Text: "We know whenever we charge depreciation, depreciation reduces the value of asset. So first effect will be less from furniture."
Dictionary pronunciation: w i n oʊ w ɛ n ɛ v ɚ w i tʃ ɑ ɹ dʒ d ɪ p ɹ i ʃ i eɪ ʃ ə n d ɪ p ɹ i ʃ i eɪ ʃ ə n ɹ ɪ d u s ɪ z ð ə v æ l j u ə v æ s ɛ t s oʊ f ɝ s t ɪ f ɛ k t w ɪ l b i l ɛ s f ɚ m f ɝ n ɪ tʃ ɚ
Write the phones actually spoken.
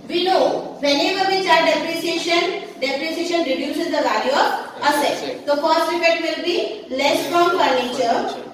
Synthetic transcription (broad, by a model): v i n oʊ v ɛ n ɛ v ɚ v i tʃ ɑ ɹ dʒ d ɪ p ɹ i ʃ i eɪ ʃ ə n d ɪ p ɹ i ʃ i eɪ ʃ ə n ɹ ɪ d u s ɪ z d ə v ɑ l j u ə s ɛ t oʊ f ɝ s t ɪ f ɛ t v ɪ l b i l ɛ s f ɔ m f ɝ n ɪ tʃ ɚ